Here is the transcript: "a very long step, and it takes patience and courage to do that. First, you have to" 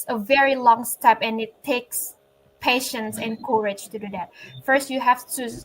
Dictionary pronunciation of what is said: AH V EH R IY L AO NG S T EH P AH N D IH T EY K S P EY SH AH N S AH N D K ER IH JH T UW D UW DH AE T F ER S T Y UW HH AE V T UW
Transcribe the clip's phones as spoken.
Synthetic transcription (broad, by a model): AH V EH R IY L AO NG S T EH P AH N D IH T EY K S P EY SH AH N S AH N K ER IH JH T UW D UW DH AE T F ER S T Y UW HH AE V T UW